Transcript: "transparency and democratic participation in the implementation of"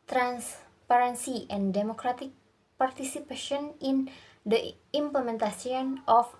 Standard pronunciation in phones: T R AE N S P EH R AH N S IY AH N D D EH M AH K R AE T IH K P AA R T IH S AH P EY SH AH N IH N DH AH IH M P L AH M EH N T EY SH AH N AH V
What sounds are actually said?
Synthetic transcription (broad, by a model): T R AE N S P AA R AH N S IY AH N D D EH M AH K R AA T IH K P AA R T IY S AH P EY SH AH N IH N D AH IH M P L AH M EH N T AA S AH N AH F